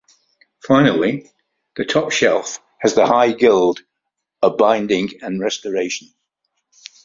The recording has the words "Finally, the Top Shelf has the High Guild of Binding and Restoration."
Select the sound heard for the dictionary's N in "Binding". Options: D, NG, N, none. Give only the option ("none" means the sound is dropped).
N